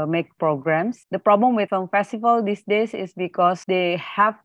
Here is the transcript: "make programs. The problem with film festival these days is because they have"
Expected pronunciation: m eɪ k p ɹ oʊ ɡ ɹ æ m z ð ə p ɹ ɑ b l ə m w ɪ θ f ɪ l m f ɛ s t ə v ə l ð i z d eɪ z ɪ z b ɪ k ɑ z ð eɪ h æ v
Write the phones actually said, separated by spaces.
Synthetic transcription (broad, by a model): m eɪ k p ɹ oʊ ɡ ɹ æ m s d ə p ɹ ɑ b l ə m w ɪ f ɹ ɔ m f ɛ s t ə v ə l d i s d eɪ s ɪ s b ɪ k ɑ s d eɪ h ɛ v